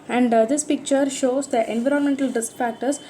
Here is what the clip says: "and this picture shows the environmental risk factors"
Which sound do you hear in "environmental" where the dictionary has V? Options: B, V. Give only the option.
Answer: V